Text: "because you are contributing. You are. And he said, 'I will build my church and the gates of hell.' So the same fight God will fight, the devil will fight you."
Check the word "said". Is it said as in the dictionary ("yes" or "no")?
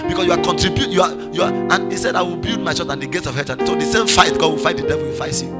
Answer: yes